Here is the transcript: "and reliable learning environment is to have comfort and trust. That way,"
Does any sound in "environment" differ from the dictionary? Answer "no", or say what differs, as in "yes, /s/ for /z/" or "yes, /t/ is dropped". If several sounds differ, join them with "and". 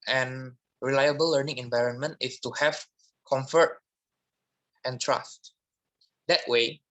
no